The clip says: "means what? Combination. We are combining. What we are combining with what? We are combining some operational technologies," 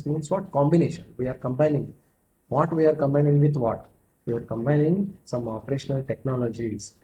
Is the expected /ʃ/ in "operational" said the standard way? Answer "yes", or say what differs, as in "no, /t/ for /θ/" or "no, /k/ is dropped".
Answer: yes